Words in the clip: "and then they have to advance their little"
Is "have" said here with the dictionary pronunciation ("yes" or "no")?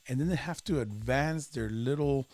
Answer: no